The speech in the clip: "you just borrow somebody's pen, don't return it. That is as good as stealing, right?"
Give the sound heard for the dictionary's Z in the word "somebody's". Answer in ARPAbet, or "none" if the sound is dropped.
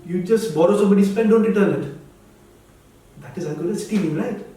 S